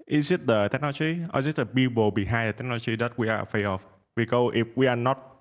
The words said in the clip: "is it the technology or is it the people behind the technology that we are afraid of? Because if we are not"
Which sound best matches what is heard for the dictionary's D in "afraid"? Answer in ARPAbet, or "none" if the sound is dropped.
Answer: none